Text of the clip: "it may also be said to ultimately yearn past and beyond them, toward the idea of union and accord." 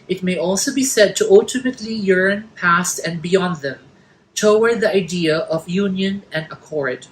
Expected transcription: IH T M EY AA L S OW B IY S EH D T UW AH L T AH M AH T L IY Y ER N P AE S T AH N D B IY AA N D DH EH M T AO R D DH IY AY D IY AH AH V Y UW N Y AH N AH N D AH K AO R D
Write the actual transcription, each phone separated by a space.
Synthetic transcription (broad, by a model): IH T M EY AA L S OW B IY S EH D T UW AH L T AH M AH T L IY Y ER N P AE S T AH N B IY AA N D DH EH M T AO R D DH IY AY D IY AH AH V Y UW N Y AH N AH N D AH K AO R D